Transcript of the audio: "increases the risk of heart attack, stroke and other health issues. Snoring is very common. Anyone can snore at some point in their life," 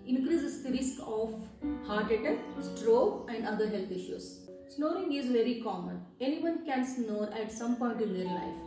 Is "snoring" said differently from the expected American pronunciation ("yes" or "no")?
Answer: no